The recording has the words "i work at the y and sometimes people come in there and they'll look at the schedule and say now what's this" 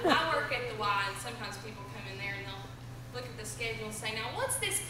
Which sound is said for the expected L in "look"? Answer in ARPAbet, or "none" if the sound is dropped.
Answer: L